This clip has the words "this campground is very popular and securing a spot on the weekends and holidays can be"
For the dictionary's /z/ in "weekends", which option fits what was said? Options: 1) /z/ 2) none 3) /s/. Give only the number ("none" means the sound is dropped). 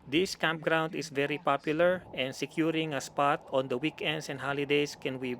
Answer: 3